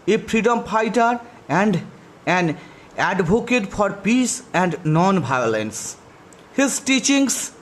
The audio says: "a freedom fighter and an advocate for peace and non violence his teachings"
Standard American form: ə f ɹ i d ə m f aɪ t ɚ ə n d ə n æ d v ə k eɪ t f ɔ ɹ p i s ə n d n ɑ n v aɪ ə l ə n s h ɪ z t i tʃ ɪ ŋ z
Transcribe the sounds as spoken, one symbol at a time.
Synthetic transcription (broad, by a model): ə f ɹ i d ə m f aɪ t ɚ ə n d ə n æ d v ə k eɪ t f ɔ ɹ p i s ə n d n ɑ n b aɪ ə l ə n s h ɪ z t i tʃ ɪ ŋ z